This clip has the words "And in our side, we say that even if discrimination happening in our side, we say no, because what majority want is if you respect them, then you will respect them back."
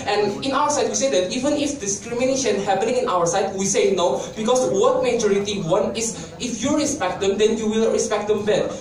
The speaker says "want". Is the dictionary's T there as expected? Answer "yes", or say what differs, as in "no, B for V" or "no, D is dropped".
no, T is dropped